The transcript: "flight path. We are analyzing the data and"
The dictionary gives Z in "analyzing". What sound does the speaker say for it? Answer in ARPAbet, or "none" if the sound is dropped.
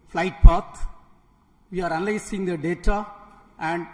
S